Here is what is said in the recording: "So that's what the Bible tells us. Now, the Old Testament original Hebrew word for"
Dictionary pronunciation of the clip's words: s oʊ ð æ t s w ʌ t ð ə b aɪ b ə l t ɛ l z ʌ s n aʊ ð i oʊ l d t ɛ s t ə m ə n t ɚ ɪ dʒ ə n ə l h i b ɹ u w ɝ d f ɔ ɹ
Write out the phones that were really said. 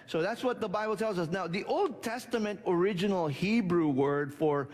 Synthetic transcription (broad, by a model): s oʊ ð æ t s w ʌ t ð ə b aɪ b l t ɛ l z ʌ s n aʊ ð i oʊ l d t ɛ s t ə m ə n t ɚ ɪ dʒ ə n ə l h i b ɹ u w ɝ d f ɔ ɹ